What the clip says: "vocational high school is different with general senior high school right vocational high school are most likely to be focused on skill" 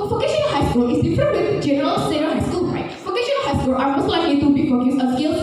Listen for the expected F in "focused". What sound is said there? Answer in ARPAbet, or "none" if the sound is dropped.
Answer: P